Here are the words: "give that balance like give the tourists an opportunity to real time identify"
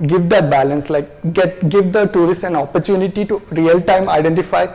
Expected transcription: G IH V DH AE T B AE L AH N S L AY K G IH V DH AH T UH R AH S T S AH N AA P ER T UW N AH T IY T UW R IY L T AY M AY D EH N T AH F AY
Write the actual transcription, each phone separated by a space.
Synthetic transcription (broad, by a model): G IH V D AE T B AE L AH N S L AY K G IH V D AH T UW R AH S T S AH N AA P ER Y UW N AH T IY T UW R IY L T AY M AY D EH N T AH F AY